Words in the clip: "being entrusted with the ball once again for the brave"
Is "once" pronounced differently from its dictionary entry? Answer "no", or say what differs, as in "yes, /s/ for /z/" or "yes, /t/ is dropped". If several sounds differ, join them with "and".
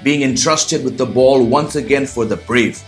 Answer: no